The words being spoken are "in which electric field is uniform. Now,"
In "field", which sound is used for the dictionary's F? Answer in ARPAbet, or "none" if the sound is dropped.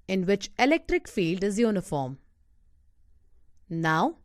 F